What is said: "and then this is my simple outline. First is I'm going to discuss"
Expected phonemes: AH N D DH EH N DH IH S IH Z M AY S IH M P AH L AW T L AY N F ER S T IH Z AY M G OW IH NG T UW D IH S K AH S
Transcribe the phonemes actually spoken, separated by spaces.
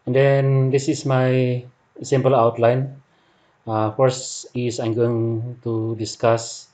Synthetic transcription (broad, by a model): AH N D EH N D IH S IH S M AY S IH M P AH L AW T L AY N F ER S IH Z AY M G OW IH NG T UW D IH S K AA S